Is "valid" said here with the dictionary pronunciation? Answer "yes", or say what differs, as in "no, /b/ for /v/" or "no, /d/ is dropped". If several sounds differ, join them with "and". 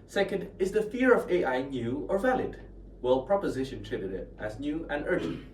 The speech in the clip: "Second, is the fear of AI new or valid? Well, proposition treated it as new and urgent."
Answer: yes